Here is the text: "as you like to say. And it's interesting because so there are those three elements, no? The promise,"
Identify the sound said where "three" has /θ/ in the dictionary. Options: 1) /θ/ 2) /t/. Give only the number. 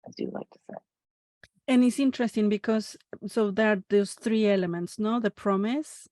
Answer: 1